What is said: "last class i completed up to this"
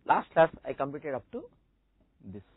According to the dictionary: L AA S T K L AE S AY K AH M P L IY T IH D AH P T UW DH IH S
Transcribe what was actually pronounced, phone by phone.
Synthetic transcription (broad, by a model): L AA S T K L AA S AY K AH M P IY T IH D AH P T UW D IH S